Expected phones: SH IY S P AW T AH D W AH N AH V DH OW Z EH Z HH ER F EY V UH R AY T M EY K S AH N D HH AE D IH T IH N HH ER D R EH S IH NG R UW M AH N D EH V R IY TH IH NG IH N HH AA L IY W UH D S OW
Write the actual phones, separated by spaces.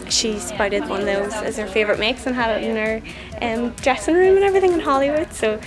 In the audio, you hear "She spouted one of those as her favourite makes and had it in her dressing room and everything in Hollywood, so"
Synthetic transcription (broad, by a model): SH IY S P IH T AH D W AH N DH OW Z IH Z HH ER F EY V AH R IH T M EY K S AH N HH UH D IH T IH N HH ER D R EH S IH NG R UW M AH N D EH V R IY TH IH NG IH N HH AA L IY W UH D S OW